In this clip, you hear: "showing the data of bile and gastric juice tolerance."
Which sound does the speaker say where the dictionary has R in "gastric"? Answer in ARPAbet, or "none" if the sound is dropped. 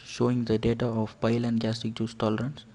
none